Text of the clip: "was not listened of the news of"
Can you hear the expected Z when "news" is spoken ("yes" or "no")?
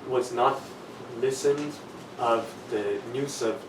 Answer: no